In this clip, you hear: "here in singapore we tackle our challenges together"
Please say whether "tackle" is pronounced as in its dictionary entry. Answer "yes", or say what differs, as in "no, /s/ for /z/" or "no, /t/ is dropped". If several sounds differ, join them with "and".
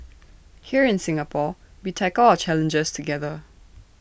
no, /k/ is dropped